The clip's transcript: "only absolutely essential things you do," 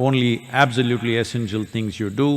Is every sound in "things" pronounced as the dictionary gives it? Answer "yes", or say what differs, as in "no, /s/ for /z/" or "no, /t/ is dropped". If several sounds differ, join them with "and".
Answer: no, /t/ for /θ/